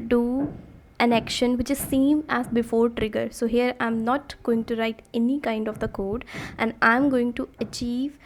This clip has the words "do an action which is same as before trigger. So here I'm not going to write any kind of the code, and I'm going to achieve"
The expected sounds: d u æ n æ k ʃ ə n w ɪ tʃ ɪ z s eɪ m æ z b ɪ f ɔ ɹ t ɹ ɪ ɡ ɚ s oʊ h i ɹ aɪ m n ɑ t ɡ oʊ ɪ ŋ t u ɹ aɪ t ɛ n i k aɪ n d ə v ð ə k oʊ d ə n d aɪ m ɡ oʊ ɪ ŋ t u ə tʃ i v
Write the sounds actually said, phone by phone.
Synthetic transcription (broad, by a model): d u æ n æ k ʃ ə n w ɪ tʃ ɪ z s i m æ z b ɪ f ɔ ɹ t ɹ ɪ ɡ ɚ s oʊ h i ɹ aɪ m n ɑ t ɡ oʊ ɪ ŋ t u ɹ aɪ t ɛ n i k aɪ n d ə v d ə k oʊ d ə n d aɪ m ɡ oʊ ɪ ŋ t u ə tʃ i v